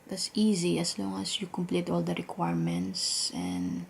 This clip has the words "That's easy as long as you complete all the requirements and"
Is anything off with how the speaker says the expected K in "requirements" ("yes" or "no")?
no